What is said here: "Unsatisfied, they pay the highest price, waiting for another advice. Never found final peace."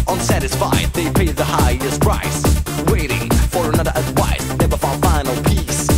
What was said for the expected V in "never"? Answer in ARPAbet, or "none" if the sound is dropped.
B